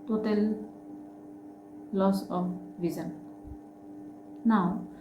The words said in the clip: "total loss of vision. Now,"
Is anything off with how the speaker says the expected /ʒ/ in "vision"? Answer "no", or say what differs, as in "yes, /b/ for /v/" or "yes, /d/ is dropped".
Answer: yes, /z/ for /ʒ/